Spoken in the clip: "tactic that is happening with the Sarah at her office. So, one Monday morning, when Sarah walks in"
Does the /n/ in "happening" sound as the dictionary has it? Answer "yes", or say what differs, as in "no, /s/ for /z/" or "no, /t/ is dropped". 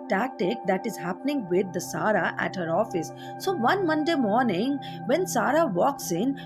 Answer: yes